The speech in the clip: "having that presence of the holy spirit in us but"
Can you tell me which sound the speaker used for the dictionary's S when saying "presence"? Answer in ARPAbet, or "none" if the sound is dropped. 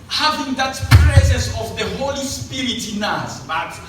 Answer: S